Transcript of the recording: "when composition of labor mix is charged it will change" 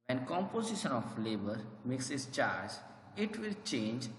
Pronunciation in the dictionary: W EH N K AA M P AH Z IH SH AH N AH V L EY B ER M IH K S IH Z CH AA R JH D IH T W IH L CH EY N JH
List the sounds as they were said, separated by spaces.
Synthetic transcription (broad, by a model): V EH N K AA M P AH Z IH SH AH N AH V L EY B ER M IH K S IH S CH AA R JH IH T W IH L CH EY N JH